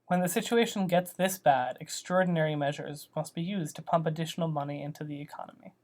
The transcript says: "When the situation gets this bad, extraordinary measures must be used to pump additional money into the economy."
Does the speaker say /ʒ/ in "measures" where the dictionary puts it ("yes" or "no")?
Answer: yes